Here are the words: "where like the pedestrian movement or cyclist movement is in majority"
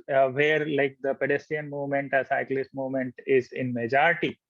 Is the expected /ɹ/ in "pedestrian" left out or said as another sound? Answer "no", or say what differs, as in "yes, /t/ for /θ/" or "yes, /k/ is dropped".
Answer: yes, /ɹ/ is dropped